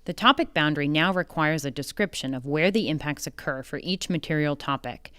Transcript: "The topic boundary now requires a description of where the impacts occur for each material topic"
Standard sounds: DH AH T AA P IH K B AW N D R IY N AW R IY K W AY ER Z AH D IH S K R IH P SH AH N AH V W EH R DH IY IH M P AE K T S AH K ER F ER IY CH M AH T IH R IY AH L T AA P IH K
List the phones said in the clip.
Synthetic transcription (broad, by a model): DH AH T AA P IH K B AW N D R IY N AW R IY K W AY ER Z AH D IH S K R IH P SH AH N AH V W EH R DH IY IH M P AE K T S AH K ER F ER IY CH M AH T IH R IY L T AA P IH K